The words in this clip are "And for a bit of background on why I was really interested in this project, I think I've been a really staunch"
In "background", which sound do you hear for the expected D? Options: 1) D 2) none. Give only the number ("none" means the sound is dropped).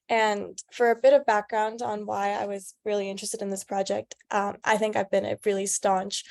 1